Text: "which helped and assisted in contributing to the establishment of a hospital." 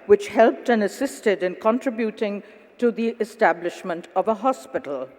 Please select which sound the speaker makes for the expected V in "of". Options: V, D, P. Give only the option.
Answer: V